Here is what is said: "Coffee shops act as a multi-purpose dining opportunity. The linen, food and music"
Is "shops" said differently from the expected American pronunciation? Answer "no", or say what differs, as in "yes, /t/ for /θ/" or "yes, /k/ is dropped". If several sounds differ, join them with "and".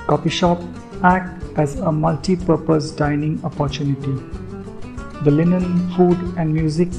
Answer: yes, /s/ is dropped